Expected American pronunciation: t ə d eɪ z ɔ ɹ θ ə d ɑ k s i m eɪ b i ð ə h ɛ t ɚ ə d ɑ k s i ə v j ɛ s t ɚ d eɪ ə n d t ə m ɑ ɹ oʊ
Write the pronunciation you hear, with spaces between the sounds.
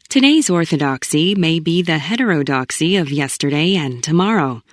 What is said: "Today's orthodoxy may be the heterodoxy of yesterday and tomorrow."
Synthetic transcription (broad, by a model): t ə d eɪ z ɔ ɹ θ ə d ɑ k s i m eɪ b i ð ə h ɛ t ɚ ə d ɑ k s i ə v j ɛ s t ɚ d eɪ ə n t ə m ɑ ɹ oʊ